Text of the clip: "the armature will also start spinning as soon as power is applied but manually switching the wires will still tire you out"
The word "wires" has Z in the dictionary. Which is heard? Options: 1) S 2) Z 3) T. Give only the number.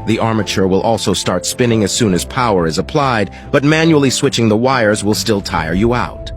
2